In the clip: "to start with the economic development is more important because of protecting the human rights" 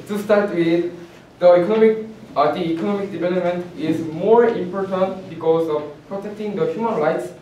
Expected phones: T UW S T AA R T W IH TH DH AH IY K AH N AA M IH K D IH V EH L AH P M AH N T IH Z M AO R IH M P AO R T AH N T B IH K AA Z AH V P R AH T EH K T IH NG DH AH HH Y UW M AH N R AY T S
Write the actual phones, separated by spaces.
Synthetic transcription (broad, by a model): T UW S T AA R T W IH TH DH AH IY K AH N AA M IH K D IH V EH L AH P M AH N T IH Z M AO R IH M P AO R T AH N T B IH K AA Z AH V P R AH T EH K T IH NG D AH HH Y UW M AH N R AY T S